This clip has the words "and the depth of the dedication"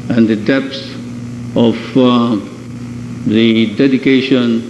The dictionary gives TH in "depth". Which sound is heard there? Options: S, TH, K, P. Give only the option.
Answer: S